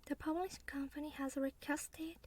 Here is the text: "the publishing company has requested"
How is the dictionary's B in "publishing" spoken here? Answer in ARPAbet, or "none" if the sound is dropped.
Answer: none